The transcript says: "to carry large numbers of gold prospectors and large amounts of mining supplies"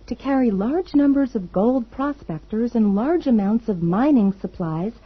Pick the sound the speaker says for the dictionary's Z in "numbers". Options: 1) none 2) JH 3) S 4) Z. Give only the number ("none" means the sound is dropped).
4